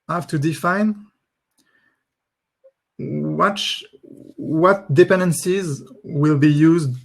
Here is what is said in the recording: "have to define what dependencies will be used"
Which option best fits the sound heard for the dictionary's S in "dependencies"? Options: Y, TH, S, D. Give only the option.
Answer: S